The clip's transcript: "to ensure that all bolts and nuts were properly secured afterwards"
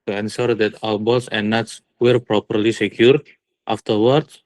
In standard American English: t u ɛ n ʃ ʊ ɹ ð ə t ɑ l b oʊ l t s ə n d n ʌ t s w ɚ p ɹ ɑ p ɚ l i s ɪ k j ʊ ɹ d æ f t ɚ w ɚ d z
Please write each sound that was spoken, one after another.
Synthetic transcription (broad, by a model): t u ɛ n s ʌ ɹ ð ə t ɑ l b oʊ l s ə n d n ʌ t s w ɚ p ɹ ɑ p ɚ l i s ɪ k j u ɹ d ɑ f t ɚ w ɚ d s